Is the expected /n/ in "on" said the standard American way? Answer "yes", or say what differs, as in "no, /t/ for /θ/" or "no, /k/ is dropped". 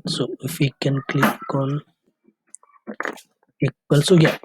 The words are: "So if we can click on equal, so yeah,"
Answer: no, /l/ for /n/